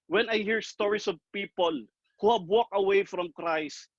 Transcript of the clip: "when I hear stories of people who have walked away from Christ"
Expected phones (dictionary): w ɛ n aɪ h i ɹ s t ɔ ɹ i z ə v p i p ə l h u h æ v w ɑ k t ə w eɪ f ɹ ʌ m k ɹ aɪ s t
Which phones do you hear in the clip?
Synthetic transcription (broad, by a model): w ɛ n aɪ h i ɹ s t ɔ ɹ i s ə v p i p ə l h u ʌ b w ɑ k ə w eɪ f ɹ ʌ m k ɹ aɪ s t